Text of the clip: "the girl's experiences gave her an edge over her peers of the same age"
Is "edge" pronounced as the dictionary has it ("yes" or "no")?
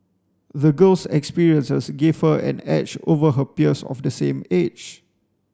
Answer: no